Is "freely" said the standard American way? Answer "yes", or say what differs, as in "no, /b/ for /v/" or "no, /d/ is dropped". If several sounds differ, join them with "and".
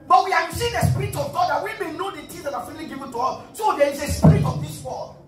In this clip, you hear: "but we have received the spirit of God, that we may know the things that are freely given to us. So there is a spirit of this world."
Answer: no, /ɹ/ is dropped